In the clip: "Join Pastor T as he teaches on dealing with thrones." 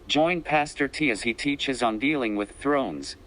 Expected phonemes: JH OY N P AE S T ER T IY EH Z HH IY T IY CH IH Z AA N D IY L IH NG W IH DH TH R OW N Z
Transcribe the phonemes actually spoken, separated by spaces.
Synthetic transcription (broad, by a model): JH OY N P AE S T ER T IY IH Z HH IY T IY CH IH Z N D IY L IH NG W IH DH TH R OW N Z